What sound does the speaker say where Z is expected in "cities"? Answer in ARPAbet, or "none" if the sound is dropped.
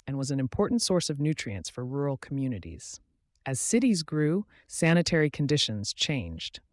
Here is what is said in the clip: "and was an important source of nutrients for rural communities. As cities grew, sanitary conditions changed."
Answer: Z